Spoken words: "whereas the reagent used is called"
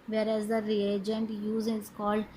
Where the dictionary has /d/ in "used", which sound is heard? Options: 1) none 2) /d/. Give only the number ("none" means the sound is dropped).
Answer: 1